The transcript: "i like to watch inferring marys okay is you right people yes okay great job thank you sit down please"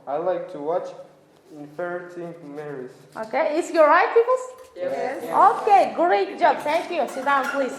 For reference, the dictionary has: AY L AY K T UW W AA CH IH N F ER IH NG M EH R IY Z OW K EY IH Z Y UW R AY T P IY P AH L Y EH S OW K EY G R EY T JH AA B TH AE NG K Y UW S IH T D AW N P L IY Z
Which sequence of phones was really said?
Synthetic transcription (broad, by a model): AY L AY K T UW W AA CH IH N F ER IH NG M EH R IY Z OW K EY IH S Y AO R AY T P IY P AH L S OW K EY G R EY T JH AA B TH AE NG K Y UW S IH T D AW N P L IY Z